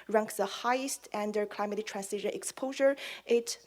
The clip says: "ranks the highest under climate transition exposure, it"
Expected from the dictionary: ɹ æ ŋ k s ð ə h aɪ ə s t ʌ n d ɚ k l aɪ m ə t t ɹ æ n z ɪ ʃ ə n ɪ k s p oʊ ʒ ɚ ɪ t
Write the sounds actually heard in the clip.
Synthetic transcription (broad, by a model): ɹ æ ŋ k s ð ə h aɪ ə s t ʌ n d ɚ k l aɪ m ə t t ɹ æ n s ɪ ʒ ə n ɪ k s p oʊ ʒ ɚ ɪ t